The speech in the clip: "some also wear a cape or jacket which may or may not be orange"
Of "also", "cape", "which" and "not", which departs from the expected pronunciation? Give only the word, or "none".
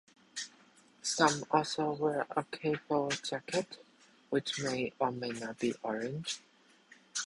cape